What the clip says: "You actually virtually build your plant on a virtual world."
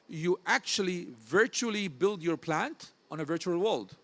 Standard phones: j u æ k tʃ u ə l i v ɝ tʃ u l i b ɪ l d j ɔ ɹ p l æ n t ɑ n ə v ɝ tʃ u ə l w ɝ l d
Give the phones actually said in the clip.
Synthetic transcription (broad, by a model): j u æ k tʃ u ə l i v ɝ tʃ u l i b ɪ l d j ɔ ɹ p l æ n t ɑ n ə v ɝ tʃ u ə l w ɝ l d